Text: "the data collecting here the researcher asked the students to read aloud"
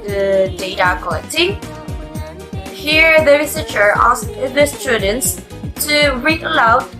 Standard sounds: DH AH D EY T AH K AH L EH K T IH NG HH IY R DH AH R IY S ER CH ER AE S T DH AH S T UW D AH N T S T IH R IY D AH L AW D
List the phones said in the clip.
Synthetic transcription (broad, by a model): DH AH D EY T AH K AH L EH K T IH NG HH IY R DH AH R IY S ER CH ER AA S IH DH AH S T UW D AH N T S T IH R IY AH L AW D